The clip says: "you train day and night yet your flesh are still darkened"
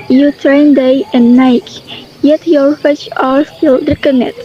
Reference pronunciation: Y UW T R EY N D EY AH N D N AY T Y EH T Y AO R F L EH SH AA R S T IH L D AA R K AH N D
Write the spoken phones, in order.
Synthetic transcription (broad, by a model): Y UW T R EY N D EY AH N N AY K Y EH T Y AO R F EH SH AA R S T IH L D R K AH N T